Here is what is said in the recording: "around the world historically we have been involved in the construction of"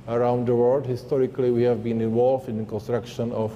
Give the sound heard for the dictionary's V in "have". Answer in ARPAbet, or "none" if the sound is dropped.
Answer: V